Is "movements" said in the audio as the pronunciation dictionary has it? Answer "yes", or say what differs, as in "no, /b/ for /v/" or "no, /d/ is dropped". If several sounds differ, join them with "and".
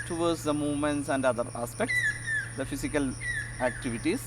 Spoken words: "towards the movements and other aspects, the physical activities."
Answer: yes